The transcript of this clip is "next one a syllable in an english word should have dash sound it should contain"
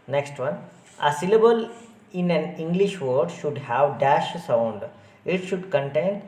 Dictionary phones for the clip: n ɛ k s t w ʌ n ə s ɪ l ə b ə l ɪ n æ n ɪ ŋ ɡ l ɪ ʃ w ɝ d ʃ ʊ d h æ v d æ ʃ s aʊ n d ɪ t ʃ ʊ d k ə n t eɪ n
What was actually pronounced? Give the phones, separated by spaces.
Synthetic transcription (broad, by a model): n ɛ k s t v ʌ n ə s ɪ l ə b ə l ɪ n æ n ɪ ŋ ɡ l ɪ ʃ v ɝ d ʃ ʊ d h æ v d æ ʃ s aʊ n d ɪ t ʃ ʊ d k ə n t eɪ n